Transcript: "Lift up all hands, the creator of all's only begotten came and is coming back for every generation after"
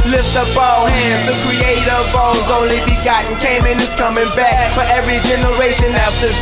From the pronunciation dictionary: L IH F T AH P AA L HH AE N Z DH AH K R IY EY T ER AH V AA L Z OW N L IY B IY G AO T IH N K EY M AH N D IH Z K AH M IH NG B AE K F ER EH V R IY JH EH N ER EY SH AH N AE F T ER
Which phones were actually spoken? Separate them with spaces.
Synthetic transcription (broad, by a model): L IH F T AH B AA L HH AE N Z DH AH K R IY EY T ER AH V AA L Z OW N L IY B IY G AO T N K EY M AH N IH Z K AH M IH NG B AE K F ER EH V R IY JH EH N ER EY SH AH N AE F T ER